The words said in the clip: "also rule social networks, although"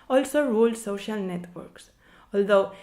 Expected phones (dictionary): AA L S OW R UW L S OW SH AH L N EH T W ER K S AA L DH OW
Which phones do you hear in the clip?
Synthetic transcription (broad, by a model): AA L S OW R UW L S OW SH AH L N EH T W ER K S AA L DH OW